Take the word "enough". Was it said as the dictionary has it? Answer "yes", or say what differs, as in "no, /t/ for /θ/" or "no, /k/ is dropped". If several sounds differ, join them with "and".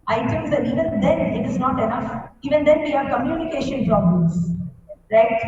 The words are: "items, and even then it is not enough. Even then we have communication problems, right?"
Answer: yes